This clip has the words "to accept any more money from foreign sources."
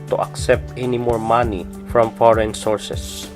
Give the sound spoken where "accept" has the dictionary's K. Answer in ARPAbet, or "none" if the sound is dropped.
K